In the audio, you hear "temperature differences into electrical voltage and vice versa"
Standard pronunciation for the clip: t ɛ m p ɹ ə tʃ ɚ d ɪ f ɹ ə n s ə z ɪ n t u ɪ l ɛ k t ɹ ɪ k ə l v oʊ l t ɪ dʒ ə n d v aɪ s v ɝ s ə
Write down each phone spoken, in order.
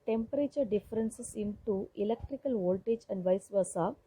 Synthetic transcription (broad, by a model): t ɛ m p ɹ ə tʃ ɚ d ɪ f ɹ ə n s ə s ɪ n t u ɪ l ɛ k t ɹ ɪ k ə l v oʊ l t ɪ dʒ ə n d v aɪ s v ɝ s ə